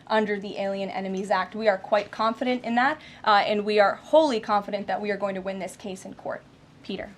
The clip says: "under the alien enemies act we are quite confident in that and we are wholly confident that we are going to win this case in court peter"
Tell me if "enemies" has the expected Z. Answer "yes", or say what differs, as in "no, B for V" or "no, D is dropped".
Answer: yes